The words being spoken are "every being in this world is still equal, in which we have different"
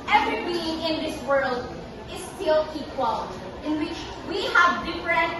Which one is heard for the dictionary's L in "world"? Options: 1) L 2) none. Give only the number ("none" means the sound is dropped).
1